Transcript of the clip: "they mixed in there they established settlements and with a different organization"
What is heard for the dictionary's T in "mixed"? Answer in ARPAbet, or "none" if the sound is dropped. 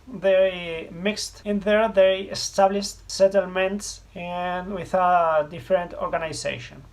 T